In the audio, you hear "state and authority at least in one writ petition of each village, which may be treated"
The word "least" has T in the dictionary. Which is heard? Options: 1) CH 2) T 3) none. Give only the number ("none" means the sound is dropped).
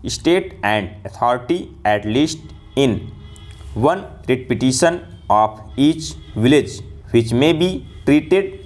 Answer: 2